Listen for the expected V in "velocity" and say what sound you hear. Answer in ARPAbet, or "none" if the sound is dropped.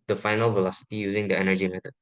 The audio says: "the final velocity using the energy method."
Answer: V